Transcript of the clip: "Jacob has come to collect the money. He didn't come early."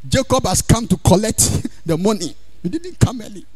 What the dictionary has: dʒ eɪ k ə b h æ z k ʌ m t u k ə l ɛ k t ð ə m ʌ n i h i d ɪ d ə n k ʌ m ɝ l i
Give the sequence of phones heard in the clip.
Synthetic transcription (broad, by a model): dʒ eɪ k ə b h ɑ s k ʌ m t u k ə l ɛ k t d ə m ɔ n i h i d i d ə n k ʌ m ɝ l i